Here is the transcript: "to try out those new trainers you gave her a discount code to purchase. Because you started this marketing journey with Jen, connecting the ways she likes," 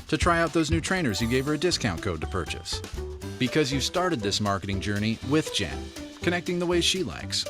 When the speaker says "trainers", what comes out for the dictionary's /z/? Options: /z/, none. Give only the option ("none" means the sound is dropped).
/z/